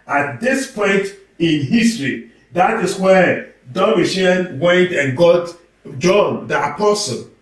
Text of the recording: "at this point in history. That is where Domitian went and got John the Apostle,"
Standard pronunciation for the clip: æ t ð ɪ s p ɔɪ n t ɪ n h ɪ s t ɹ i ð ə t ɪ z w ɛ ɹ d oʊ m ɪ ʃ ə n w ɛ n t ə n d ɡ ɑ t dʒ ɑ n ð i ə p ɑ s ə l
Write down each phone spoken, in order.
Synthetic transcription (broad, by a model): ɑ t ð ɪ s p ɔɪ n t ɪ n h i s t ɹ i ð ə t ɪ s w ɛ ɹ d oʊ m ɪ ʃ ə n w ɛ t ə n ɡ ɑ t dʒ ɑ n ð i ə p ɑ s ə l